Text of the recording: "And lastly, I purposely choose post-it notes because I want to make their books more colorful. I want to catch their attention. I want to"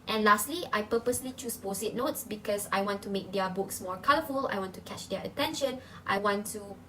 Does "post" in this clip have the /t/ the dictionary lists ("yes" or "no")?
no